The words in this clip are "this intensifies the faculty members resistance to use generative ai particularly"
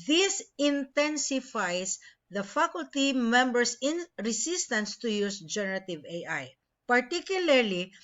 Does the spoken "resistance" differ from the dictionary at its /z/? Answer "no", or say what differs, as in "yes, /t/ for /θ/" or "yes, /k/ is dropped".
yes, /s/ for /z/